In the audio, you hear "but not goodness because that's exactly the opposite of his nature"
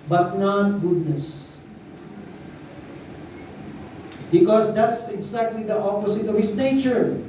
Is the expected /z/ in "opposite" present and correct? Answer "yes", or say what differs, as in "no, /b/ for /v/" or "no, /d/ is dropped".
no, /s/ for /z/